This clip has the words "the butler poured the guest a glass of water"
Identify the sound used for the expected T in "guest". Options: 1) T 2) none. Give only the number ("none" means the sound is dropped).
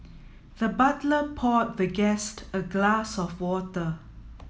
1